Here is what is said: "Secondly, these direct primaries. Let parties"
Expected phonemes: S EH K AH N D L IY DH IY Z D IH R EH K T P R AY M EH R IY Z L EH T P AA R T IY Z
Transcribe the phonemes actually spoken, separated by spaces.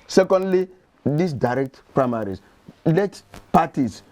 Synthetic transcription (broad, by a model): S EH K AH N D L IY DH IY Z D IH R EH K T P R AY M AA R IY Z L EH T P AA T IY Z